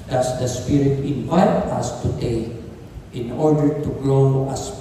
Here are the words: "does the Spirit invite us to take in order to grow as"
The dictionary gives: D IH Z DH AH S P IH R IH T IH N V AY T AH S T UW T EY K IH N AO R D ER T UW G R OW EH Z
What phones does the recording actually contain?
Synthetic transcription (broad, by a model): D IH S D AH S P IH R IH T IH N V AY T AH S T UW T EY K IH N AO R D ER T UW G L OW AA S